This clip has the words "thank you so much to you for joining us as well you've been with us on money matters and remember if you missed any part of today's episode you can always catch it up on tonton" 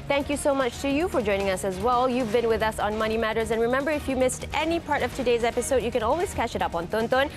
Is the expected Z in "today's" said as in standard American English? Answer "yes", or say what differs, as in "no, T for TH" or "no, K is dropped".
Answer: yes